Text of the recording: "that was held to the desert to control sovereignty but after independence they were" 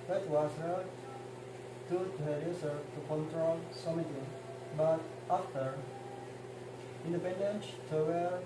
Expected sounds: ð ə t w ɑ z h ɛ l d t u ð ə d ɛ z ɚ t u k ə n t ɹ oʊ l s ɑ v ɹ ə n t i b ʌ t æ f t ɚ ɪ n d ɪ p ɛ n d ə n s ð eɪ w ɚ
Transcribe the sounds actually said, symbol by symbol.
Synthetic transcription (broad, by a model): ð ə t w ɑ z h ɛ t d t u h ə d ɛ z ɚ t u k ə n t ɹ oʊ l s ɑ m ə t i b ʌ t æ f t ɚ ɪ n d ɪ p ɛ n d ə n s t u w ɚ